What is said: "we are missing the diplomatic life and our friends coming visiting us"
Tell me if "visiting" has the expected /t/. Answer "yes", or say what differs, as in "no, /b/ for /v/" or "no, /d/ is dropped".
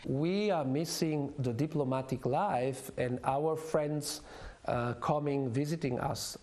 yes